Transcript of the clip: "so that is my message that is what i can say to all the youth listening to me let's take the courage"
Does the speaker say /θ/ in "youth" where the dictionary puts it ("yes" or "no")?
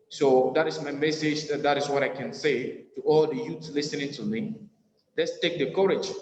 no